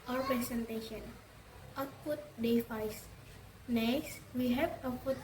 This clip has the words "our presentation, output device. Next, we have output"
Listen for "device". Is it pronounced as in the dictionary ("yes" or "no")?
no